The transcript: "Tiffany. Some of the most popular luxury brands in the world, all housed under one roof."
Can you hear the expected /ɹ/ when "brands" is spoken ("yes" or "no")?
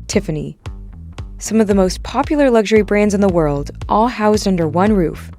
yes